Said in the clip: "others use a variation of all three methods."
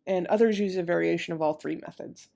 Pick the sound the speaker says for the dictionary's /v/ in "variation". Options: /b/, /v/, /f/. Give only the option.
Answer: /v/